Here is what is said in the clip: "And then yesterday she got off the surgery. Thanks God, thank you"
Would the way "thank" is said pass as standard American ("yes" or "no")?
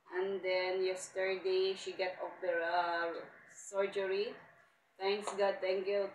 no